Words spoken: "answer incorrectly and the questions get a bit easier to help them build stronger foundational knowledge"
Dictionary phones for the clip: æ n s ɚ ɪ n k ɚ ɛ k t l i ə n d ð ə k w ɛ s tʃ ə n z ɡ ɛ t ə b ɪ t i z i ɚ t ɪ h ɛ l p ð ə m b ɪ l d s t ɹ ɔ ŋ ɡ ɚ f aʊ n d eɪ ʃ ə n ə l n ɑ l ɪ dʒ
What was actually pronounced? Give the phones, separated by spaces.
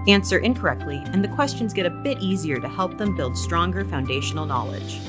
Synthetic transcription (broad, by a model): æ n s ɚ ɪ n k ɚ ɛ k t l i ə n ð ə k w ɛ s tʃ ə n z ɡ ɛ t ə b ɪ t i z i ɚ t ɪ h ɛ l p ð ə m b ɪ l d s t ɹ ɔ ŋ ɡ ɚ f aʊ n d eɪ ʃ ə n l n ɑ l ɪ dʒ